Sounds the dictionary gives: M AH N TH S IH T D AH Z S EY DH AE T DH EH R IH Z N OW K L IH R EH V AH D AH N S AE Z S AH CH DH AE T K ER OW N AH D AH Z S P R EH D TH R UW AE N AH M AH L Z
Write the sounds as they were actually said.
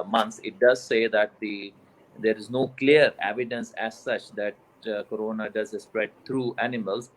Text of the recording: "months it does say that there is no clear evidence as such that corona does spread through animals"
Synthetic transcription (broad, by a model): M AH N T S IH T D AH Z S EY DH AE T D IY R IH Z N OW K L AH R EH V AH D AH N S AE Z S AH CH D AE T K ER OW N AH D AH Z S P R EH D T R UW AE N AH M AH L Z